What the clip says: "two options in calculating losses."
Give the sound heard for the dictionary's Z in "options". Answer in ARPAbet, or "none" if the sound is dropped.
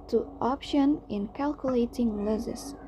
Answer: none